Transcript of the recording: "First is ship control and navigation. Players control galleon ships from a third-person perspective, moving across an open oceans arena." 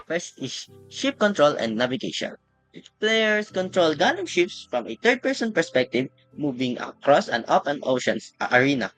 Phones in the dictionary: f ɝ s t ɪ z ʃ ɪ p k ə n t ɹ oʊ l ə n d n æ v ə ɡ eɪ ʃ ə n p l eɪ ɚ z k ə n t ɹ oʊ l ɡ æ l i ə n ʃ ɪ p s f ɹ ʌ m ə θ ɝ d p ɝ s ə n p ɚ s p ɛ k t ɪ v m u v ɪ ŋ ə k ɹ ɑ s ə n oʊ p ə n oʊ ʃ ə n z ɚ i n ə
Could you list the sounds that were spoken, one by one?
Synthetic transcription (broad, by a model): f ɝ s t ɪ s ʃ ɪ p k ə n t ɹ oʊ l ə n d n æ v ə ɡ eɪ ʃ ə n p l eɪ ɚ s k ə n t ɹ oʊ l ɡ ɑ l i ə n ʃ ɪ p s f ɹ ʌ m ə t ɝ d p ɝ s ə n p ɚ s p ɛ k t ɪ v m u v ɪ ŋ ə k ɹ ɑ s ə n oʊ p ə n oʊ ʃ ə n s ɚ i n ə